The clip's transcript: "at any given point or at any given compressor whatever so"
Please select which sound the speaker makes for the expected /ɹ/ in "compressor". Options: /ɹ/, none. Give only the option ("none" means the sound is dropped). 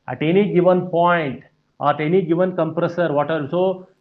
/ɹ/